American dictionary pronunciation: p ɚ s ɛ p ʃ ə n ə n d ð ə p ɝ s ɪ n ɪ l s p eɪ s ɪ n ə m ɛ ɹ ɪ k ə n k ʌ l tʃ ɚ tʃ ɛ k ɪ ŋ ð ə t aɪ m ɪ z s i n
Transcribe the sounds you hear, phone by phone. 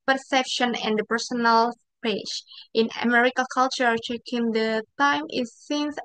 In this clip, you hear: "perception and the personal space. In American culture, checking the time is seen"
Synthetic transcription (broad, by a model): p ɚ s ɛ p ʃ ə n ə n d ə p ɝ s ɪ n ɪ l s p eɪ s ɪ n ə m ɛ ɹ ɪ k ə l k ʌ l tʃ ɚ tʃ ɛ k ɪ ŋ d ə t aɪ m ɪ s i n